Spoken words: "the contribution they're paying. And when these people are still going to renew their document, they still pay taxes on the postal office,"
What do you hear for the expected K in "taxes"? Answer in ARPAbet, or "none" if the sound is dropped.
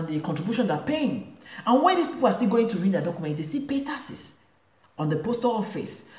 none